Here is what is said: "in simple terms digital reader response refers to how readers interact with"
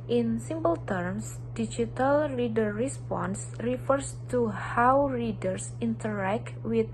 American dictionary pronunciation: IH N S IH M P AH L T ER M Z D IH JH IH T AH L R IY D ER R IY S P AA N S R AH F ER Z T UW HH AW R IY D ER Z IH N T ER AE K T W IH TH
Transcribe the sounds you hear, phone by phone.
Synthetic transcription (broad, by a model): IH N S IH M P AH L T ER M S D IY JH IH T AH L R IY D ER R IY S P AA N S R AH F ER S T UW HH AW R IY D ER S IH N T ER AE K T W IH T